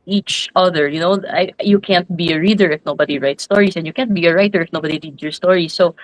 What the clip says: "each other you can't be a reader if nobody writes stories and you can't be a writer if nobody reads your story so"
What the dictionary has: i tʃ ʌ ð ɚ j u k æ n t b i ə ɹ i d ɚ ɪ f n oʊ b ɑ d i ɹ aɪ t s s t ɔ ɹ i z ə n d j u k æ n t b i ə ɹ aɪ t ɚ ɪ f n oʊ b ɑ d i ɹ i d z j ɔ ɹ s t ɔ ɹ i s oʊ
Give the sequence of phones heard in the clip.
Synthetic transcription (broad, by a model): i tʃ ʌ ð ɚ j u k æ n t b i ə ɹ i d ɚ ɪ f n oʊ b ɑ d i ɹ aɪ t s s t ɔ ɹ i s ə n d j u k æ n t b i ə ɹ aɪ t ɚ ɪ f n oʊ b ɑ d i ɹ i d j ɔ ɹ s t ɔ ɹ i s oʊ